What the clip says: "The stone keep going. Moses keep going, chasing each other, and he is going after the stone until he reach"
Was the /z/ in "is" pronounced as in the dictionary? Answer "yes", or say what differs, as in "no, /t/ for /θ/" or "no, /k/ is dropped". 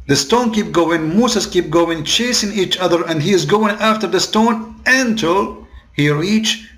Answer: yes